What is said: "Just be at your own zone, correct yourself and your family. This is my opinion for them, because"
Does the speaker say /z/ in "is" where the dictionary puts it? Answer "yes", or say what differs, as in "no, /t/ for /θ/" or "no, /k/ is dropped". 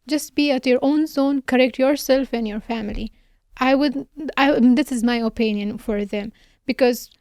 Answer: yes